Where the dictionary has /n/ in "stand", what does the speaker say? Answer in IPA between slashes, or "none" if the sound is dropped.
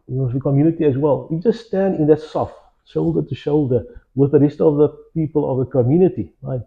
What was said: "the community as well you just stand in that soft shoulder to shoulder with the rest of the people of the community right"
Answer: /n/